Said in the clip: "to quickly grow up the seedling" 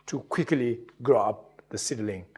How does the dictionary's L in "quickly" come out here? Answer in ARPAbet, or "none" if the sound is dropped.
L